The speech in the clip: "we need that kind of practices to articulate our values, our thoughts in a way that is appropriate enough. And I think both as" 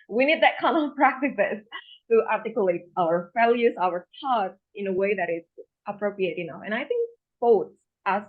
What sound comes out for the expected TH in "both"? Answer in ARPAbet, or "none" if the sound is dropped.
S